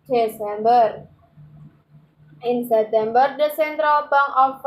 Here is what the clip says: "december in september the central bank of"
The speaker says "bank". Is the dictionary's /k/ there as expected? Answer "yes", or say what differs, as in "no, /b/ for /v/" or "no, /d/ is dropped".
no, /k/ is dropped